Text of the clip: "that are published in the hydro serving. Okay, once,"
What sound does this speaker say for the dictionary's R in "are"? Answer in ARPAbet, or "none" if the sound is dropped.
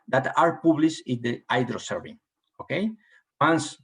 R